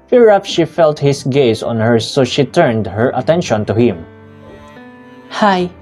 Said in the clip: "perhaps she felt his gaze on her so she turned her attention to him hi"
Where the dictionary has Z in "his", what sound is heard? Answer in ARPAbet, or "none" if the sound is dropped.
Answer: S